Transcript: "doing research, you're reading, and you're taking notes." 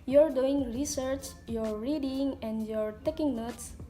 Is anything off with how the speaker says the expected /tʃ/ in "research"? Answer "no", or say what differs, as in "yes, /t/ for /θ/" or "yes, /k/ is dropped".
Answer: no